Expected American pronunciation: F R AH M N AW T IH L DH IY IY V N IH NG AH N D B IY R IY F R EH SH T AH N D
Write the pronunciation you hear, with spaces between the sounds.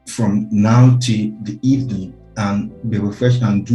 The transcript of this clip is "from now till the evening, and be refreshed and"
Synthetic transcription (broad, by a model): F R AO M N AW T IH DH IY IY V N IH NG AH N B IY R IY F R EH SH AH N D